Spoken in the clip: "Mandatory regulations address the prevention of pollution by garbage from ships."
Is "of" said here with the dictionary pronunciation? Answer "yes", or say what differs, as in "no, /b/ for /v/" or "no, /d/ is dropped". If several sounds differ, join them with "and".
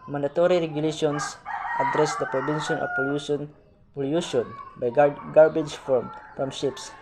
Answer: no, /p/ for /v/